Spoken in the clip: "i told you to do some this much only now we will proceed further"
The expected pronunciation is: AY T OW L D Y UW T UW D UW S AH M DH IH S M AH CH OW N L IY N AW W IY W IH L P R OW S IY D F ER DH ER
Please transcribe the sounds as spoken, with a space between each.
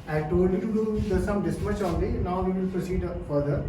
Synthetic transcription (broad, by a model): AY T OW D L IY T UW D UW S AH M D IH S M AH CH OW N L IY N AW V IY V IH L P R OW S IY D F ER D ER